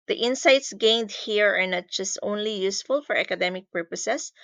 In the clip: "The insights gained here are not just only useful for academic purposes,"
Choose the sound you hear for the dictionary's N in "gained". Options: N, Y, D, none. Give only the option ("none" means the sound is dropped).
N